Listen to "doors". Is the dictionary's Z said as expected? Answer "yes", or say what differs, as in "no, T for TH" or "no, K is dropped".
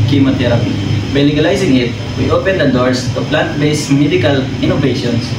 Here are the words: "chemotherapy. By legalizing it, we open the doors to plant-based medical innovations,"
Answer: no, S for Z